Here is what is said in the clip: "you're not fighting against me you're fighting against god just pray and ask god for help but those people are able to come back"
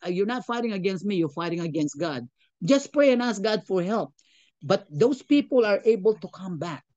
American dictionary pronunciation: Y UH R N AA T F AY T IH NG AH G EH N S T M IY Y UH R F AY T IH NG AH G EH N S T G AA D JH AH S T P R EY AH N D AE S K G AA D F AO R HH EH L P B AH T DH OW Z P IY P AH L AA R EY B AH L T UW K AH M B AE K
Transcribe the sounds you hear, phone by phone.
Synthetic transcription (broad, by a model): Y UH R N AA T F AY T IH NG AH G EH N S T M IY Y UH R F AY T IH NG AH G EH N S T G AA D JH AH S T P R EY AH N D AE S K G AA D F AO R HH EH L P B AH T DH OW S P IY P AH L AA R EY B AH L T UW K AH M B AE K